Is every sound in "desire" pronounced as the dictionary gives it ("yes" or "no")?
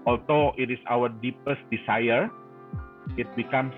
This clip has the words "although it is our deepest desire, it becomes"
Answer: no